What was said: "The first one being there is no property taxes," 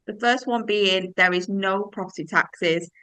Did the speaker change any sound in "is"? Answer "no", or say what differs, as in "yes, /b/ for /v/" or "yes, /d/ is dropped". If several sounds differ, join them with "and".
no